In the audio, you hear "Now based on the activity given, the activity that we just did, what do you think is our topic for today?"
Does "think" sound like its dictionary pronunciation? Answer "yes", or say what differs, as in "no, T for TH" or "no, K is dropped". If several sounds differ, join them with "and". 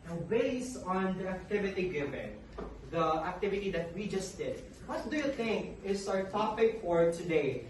yes